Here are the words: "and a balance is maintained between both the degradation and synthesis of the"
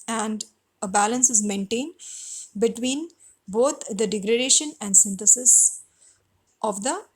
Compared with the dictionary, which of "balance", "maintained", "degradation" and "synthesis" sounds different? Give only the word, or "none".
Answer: synthesis